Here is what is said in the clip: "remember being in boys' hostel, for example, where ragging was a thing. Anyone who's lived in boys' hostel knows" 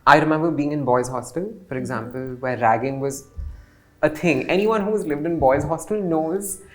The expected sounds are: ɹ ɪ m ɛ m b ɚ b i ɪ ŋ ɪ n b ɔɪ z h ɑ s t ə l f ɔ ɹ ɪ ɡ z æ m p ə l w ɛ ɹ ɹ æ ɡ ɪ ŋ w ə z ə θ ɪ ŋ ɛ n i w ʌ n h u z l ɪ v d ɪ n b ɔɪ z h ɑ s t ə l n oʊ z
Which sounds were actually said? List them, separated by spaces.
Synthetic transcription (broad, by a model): ɹ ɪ m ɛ m b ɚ b i ɪ ŋ ɪ n b ɔɪ z h ɑ s t ə l f ɔ ɹ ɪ ɡ z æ m p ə l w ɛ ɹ ɹ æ ɡ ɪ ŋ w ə z ə t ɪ ŋ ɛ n i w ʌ n h u z l ɪ v d ɪ n b ɔɪ z h ɑ s t ə l n oʊ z